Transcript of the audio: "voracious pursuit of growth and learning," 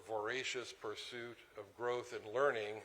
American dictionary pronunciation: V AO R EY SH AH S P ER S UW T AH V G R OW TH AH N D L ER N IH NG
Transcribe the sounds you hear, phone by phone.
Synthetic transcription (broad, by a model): V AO R EY SH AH S P ER S UW T AH V G R OW TH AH N L ER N IH NG